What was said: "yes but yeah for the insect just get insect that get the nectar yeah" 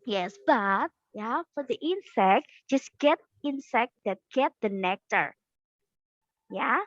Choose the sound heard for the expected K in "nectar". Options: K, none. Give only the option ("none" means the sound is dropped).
K